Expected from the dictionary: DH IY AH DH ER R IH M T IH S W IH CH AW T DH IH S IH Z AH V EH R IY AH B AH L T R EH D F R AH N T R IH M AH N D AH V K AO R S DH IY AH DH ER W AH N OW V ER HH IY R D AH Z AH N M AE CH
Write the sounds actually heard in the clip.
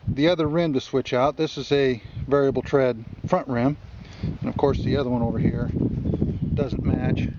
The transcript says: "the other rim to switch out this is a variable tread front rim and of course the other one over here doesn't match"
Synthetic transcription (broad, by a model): DH IY AH DH ER R IH M T IH S W IH CH AW T DH IH S IH Z AH V EH R IY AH B L T R EH D F R AH N T R IH M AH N AH V K AO R S DH IY AH DH ER W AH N OW V ER HH IY R D AH Z AH N M AE CH